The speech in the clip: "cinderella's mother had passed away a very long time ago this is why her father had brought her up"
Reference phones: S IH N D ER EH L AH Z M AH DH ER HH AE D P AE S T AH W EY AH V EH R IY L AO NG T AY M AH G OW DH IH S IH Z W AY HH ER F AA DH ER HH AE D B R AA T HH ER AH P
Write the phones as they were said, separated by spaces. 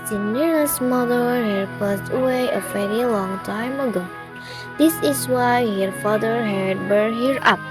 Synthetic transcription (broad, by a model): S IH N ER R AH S M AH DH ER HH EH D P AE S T AH W EY AH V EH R IY L AO NG T AY M AH G OW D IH S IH S W AY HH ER F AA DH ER HH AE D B AH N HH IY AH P